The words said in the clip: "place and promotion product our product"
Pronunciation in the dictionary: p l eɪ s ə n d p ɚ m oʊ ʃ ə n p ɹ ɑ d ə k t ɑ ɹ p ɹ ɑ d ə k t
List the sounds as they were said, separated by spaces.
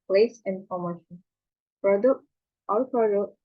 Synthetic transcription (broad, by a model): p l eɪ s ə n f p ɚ m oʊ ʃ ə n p ɹ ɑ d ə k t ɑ l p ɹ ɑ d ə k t